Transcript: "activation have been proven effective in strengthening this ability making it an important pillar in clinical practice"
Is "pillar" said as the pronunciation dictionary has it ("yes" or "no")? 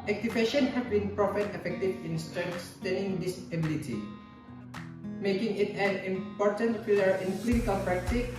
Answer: no